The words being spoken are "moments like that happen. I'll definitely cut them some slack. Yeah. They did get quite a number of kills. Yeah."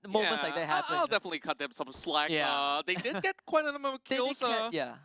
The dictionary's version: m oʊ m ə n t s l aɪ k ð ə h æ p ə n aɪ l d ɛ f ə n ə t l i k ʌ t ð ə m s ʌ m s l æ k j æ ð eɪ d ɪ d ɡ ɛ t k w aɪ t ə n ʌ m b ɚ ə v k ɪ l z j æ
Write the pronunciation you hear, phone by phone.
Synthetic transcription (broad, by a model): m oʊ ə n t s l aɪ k ð ə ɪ ə aɪ l d ɛ f ə n ə t l i k ʌ t ð ə m s ʌ m s l æ k j æ ð eɪ d ɪ d ɡ ɛ t k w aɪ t ə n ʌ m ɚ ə k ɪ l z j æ